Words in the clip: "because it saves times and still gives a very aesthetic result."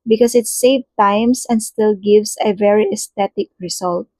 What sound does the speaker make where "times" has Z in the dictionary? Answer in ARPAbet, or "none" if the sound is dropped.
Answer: S